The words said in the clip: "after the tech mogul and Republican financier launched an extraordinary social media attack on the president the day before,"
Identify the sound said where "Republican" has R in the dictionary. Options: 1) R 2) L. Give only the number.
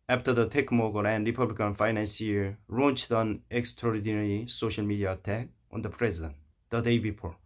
1